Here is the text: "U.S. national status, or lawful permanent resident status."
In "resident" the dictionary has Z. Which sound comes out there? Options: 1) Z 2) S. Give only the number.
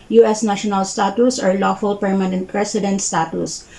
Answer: 2